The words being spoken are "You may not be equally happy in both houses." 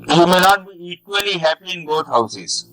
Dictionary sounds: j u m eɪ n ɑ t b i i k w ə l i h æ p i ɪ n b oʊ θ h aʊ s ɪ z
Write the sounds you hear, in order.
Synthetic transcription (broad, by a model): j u m eɪ n ɑ t b i i k w ə l i h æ p i ɪ n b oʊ t h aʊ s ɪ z